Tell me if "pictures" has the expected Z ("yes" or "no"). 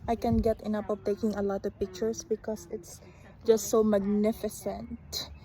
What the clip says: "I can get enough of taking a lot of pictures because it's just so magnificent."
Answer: no